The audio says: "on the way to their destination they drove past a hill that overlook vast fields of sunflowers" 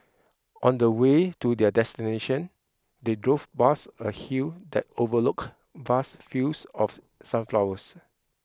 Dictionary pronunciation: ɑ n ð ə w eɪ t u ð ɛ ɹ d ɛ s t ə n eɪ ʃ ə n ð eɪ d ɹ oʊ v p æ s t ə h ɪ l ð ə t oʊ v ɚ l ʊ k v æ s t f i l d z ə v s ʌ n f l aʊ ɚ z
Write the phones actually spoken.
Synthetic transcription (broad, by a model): ɑ n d ə w eɪ t u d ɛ d ɛ s t ə n eɪ ʃ ə n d eɪ d ɹ oʊ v b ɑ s ə h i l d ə t oʊ v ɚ l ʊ k v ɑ s t f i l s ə f s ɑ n f l aʊ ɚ s